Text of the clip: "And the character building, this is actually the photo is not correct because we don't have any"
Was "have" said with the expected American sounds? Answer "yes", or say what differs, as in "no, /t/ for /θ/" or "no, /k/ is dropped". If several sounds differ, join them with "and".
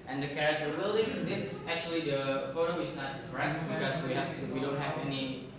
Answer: no, /p/ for /v/